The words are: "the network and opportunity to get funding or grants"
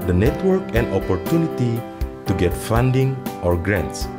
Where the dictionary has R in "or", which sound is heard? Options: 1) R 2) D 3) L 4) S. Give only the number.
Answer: 1